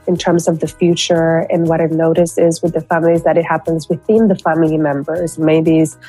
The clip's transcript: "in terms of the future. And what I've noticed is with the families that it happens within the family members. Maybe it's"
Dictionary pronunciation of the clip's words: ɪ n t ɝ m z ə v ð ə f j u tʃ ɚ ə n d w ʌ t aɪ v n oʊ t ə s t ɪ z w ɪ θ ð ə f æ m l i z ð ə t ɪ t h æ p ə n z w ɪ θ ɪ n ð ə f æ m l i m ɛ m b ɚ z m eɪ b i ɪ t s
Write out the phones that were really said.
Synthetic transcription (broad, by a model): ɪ n t ɝ m z ə v ð ə f j u tʃ ɚ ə n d w ʌ t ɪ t n oʊ t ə s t ɪ z w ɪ ð ə f æ m l i z ð ə t ɪ t h æ p ə n z w ɪ θ ɪ n ð ə f æ m l i m ɛ m b ɚ z m eɪ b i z